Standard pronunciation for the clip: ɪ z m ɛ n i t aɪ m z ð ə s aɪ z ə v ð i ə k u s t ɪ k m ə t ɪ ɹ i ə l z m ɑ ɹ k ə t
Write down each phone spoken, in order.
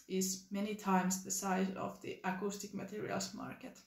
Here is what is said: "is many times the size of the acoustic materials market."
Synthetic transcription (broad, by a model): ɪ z m ɛ n i t aɪ m s ð ə s aɪ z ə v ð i ə k u s t ɪ k m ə t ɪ ɹ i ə l s m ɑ ɹ k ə t